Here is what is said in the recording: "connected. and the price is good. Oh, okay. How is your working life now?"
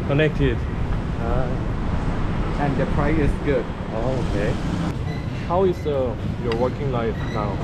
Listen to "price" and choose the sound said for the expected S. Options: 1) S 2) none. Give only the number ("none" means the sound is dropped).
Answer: 2